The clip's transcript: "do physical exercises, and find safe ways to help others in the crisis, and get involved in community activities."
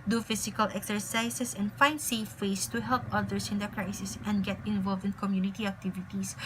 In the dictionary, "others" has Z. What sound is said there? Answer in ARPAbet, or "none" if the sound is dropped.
S